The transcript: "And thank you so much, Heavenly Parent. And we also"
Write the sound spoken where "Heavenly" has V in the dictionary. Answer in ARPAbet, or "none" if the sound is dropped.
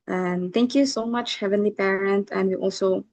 V